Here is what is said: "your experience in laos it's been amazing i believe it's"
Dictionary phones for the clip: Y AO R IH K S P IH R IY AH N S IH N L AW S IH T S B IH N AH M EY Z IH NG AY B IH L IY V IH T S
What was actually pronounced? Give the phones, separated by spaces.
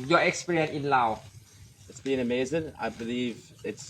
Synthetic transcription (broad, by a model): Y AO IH K S P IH R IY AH N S IH N L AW IH T S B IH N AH M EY Z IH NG AY B IH L IY V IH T S